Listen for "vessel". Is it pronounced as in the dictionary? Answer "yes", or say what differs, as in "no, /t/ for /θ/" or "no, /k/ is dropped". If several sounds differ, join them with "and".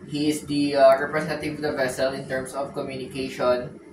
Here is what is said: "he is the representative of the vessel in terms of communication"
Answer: yes